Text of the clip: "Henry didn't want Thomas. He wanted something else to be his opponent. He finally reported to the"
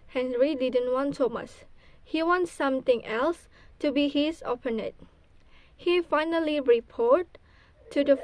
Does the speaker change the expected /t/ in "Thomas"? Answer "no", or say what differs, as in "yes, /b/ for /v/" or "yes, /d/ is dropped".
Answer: yes, /s/ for /t/